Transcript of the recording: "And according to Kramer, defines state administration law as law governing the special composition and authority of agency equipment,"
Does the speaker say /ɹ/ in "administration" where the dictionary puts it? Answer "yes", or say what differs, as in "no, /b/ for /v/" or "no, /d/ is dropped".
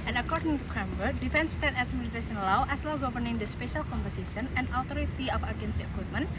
no, /ɹ/ is dropped